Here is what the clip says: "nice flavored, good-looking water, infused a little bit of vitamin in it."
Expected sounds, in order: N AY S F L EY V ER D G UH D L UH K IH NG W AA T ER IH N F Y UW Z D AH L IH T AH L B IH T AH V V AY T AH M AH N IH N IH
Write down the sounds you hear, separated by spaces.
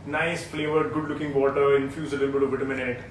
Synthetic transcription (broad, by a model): N AY S F L EY V ER D G UH D L UH K IH NG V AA T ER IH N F Y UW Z AH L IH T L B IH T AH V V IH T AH M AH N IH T